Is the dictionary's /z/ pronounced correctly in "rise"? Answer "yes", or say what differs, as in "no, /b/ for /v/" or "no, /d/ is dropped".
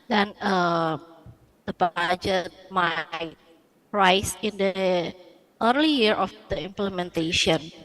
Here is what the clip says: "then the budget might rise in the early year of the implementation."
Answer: no, /s/ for /z/